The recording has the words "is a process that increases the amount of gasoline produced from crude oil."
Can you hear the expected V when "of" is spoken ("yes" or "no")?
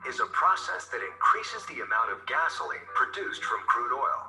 yes